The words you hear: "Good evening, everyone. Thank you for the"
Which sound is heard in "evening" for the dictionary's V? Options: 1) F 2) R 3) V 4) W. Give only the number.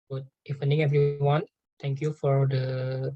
1